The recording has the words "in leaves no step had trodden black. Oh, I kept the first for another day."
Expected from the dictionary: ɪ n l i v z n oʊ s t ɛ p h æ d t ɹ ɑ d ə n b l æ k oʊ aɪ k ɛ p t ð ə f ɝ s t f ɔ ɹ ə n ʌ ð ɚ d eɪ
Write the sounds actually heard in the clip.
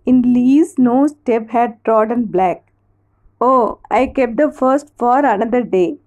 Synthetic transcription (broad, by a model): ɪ n l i z n oʊ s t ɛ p h æ d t ɹ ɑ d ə n b l æ k oʊ aɪ k ɛ p t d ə f ɝ s t f ɔ ɹ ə n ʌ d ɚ d eɪ